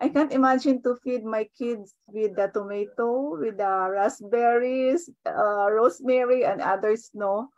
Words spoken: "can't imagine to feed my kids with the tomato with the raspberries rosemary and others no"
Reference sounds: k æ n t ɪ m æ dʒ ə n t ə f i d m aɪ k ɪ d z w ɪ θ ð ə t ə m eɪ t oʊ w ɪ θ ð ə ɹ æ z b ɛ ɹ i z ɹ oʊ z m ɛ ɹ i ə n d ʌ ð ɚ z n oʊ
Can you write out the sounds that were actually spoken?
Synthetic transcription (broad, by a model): k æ n t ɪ m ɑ dʒ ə n t ə f i d m aɪ k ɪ d s w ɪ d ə t ə m eɪ t oʊ w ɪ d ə ɹ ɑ s b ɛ ɹ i s ɹ oʊ s m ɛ ɹ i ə n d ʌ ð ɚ s n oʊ